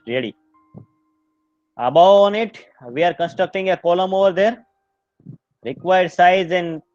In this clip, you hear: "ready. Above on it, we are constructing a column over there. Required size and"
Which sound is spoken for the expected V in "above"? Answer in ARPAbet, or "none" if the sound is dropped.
none